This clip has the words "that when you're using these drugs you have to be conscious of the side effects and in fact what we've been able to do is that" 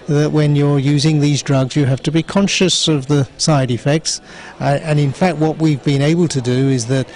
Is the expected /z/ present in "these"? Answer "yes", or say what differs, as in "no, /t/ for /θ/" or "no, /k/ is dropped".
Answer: yes